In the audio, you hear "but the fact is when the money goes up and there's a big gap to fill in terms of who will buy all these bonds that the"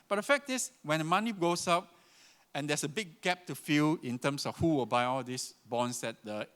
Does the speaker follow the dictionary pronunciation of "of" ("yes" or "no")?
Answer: no